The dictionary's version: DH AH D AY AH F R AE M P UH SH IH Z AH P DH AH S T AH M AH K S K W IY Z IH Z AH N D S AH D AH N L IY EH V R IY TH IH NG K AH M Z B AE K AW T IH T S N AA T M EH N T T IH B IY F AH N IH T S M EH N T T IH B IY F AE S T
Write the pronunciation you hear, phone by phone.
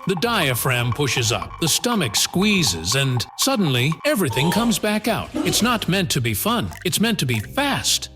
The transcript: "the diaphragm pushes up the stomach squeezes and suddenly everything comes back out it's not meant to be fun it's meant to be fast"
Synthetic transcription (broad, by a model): DH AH D AY AH F R AE M P UH SH IH Z AH P DH AH S T AH M AH K S K W IY Z IH Z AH N S AH D N L IY EH V R IY TH IH NG K AH M Z B AE K AW T IH T S N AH T M EH N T T IH B IY F AH N IH T S M EH N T T IH B IY F AE S T